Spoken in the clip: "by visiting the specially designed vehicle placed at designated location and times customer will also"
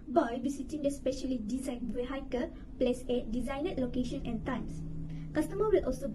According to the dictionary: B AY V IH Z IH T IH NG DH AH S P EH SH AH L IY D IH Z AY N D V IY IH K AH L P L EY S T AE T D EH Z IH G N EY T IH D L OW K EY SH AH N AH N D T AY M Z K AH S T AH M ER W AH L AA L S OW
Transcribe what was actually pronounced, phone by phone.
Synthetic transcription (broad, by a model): B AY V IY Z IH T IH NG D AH S P EH SH AH L IY D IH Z AY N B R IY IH K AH P L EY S EH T D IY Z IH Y N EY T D L OW K EY SH AH N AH N T AY M S K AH S T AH M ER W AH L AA L S OW